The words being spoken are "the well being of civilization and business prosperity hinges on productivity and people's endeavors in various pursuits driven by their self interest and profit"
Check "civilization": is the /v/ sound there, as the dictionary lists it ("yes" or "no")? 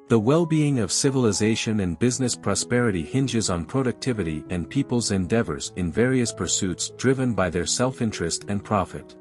yes